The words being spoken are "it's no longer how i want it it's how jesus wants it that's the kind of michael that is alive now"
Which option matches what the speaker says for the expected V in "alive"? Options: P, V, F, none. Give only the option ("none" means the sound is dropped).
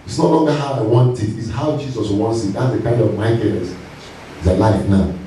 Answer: F